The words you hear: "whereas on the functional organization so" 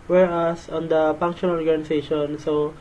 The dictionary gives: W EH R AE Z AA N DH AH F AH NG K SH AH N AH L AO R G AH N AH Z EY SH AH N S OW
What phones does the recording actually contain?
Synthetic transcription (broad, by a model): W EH R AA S AA N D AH P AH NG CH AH AH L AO R G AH N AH S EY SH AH N S OW